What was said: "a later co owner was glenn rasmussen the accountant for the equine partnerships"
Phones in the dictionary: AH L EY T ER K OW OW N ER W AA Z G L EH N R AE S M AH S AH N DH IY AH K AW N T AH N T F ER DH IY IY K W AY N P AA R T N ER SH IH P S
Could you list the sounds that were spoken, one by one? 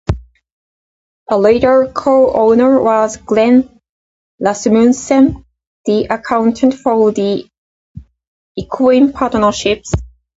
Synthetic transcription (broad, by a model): AH L EY T ER K OW OW N ER W AA Z G L EH N L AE S M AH S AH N DH IY AH K AW N T AH N T F ER DH IY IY K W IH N P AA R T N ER SH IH P S